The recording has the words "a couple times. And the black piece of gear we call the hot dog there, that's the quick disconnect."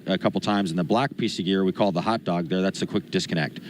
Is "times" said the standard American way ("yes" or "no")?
yes